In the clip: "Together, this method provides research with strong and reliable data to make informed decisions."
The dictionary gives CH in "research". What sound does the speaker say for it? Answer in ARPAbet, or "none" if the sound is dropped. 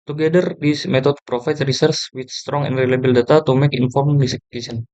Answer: S